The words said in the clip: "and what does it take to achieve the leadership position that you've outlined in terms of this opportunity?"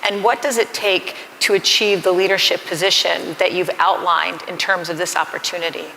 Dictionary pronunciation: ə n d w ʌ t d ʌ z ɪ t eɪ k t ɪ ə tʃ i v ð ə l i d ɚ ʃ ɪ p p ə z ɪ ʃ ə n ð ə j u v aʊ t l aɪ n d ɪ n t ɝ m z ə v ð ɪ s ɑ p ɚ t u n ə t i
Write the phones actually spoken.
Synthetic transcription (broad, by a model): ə n w ʌ t d ʌ z ɪ t eɪ k t ɪ ə tʃ i v ð ə l i d ɚ ʃ ɪ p p ə z ɪ ʃ ə n ð ə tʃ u v aʊ t l aɪ n d ɪ n t ɝ m z ə v ð ɪ s ɑ p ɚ t u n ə t i